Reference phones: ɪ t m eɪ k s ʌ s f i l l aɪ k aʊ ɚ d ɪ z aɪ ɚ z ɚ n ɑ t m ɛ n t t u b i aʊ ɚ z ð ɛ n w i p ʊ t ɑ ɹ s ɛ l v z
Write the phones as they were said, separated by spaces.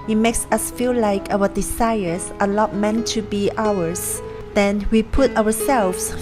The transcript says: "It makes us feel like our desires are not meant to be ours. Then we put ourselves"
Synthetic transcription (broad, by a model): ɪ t m eɪ k s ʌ s f i l l aɪ k aʊ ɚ d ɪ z aɪ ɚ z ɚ l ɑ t m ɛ n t t u b i aʊ ɚ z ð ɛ n w i p ʊ t ɑ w s ɛ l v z